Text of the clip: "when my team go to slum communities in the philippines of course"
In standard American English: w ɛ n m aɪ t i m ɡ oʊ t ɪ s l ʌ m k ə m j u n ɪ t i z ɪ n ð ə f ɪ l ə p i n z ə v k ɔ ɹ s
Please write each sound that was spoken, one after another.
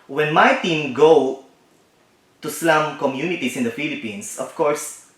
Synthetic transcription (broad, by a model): w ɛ n m aɪ t i m ɡ oʊ t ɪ s l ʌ m k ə m j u n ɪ t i s ɪ n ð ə f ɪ l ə p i n s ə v k ɔ ɹ s